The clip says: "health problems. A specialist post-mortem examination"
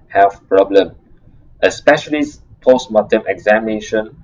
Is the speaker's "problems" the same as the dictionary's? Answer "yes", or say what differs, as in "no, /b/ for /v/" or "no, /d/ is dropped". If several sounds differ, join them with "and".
no, /z/ is dropped